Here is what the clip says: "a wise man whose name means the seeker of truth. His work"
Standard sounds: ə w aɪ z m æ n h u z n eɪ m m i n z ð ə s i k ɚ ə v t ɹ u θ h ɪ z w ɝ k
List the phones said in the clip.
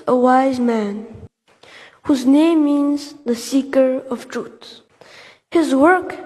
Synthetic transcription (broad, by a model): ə w aɪ z m æ n h u z n eɪ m m i n z ð ə s i k ɚ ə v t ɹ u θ h ɪ z w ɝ k